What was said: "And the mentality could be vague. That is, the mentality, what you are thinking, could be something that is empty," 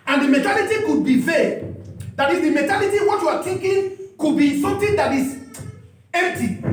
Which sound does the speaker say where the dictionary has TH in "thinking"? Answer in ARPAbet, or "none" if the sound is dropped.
T